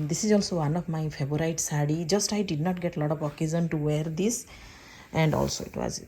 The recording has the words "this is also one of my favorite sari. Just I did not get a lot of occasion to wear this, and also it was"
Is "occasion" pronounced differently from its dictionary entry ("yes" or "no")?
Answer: yes